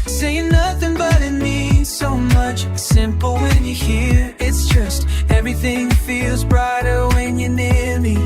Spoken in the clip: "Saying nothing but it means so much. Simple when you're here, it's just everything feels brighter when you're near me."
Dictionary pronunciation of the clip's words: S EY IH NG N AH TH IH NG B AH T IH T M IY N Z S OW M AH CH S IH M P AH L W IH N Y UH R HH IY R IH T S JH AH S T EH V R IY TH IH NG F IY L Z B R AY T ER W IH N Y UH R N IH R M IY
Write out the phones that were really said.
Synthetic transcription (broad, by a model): S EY IH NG N AH TH IH NG B AH T IH T M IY S OW M AH CH S IH M P L W IH N Y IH HH IY R IH T S JH AH S T EH V R IY TH IH NG F IY L Z B R AY T ER W IH N Y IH N IH R M IY